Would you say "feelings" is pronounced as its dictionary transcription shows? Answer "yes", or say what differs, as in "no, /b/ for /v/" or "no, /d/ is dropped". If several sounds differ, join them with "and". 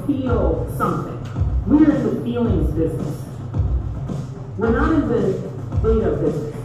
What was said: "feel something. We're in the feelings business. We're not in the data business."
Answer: yes